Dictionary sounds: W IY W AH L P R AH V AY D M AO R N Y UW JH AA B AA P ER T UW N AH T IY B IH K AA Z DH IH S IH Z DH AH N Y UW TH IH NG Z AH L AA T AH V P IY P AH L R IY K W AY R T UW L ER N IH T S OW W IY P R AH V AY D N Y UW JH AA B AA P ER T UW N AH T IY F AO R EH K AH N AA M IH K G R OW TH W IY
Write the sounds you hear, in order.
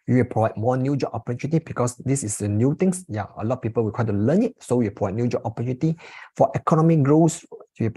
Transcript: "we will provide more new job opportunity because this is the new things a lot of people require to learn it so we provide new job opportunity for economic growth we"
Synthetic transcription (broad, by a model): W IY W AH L P R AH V AY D M AO N Y UW JH AA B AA P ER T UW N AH T IY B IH K AA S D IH S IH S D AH N Y UW T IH NG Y AH L AA T P IY P AH L W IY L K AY T UW L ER N IH T S OW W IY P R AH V AY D N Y UW JH AA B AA P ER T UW N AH T IY F AO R EH K AH N AA M IH K G R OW S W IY